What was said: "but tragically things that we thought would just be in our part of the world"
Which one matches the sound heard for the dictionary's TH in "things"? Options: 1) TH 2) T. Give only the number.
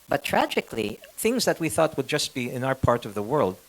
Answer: 1